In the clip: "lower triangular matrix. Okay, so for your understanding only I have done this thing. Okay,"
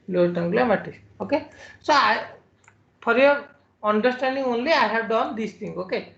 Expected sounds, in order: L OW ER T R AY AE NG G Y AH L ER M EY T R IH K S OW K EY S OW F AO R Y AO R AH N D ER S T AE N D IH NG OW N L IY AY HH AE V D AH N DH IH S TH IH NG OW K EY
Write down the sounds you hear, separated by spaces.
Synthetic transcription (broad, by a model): L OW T AY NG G L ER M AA T IH S OW K EY S OW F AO R Y AO R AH N D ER S T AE N D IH NG OW N L IY AY HH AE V D AH N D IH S T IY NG OW K EY